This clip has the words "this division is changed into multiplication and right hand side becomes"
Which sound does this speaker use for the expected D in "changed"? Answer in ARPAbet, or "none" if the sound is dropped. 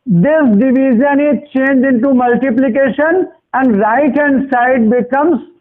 none